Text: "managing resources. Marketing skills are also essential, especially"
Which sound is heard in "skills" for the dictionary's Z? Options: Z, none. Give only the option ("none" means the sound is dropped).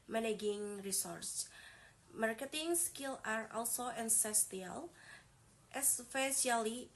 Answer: none